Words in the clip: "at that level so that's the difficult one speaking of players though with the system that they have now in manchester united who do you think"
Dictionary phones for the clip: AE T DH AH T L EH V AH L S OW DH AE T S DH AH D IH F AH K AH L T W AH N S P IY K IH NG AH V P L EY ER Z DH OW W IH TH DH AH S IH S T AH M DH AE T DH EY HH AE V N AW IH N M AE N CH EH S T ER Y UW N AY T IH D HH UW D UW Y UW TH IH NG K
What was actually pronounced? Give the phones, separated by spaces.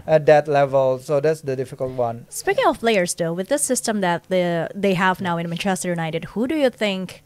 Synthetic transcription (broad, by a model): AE T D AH T L EH V AH L S OW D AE T S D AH D IH F AH K AH L T W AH N S P IY K IH NG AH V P L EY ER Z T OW W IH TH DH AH S IH S T AH M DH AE T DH EY HH AE V N AW IH N M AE N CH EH S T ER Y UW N AY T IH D HH UW D UW Y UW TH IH NG K